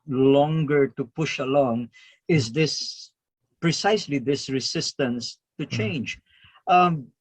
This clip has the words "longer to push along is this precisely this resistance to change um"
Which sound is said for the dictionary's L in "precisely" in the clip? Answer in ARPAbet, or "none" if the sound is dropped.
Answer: L